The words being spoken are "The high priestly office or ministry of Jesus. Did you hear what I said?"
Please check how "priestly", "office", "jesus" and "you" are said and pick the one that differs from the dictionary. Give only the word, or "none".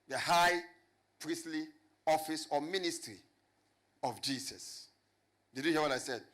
jesus